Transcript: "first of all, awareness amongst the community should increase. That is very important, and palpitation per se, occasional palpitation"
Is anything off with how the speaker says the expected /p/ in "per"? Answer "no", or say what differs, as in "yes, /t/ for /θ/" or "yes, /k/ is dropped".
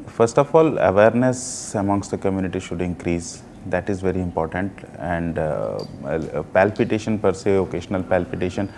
no